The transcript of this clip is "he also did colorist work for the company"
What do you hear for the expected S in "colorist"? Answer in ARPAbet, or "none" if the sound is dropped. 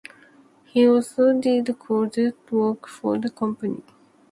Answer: none